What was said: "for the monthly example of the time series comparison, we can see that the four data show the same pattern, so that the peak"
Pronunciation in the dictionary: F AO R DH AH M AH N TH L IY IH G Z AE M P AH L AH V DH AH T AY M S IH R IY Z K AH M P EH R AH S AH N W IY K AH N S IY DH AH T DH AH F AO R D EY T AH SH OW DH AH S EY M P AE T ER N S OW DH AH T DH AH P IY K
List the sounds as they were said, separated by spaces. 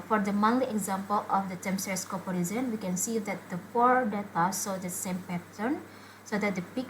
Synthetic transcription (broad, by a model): F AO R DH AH M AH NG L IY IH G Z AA M P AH L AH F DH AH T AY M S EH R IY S K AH P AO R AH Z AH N W IY K AH N S IY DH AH T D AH F AO R D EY T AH S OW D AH S EY M P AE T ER N S OW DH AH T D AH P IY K